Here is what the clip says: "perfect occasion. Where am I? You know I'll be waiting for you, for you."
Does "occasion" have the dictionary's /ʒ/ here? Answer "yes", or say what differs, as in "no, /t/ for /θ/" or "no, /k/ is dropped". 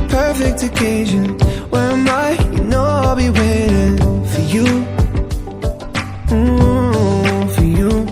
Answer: yes